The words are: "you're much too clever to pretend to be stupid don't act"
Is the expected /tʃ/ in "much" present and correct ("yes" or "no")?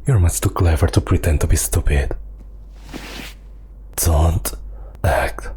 no